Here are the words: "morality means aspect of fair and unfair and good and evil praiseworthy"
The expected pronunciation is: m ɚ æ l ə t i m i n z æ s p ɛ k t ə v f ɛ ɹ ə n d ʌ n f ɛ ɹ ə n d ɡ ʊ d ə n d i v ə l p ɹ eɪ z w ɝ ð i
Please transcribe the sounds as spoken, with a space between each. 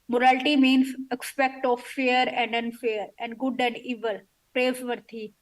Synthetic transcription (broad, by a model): m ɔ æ l t i m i n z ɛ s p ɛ k t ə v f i ɹ ə n d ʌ n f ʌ ɹ ə n d ɡ ʊ d ə n d i v ə l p ɹ eɪ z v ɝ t i